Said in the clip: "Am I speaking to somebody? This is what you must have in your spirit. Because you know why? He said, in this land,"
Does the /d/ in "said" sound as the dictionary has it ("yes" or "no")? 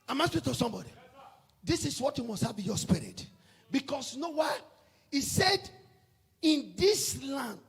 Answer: yes